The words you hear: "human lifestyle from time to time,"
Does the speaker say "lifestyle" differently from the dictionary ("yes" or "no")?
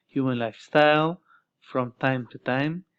no